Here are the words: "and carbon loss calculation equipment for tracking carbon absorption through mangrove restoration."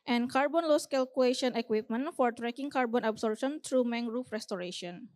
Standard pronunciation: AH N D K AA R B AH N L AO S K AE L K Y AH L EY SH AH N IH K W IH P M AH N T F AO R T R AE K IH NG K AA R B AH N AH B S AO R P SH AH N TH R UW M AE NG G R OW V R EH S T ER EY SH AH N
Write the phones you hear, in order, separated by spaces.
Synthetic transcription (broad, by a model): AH N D K AA R B AH N L AO S K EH L K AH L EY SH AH N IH K W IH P M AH N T F AO R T R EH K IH NG K AA R B AH N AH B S AO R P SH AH N T R UW M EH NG R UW F R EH S T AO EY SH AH N